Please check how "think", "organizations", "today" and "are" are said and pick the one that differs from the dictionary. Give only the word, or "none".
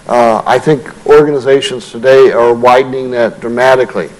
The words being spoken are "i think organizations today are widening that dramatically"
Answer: none